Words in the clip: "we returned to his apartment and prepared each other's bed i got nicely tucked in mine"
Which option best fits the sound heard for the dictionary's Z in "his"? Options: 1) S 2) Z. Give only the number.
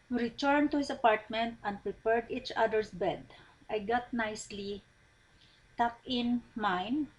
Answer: 1